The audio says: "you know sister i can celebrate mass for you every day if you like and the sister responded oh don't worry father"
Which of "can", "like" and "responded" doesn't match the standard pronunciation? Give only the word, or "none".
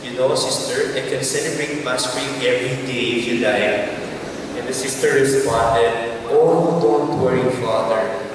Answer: like